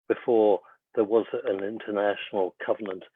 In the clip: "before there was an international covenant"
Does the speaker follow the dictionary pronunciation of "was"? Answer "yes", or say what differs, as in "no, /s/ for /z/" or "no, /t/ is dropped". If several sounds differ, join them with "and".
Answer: yes